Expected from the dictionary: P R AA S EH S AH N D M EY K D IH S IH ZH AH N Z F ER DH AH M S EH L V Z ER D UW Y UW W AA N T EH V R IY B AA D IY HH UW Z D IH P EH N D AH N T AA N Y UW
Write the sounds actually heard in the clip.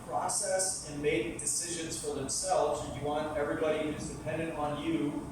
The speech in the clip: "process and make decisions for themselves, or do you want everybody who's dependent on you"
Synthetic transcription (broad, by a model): P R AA S EH S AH N M EY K D IH S IH ZH AH N Z F ER DH AH M S EH L V Z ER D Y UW W AA N T EH V R IY B AA D IY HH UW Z D IH P EH N D AH N T N Y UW